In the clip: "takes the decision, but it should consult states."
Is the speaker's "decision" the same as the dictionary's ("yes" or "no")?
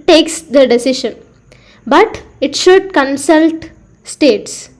no